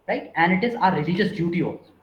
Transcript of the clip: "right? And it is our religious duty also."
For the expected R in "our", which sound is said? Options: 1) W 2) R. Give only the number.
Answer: 2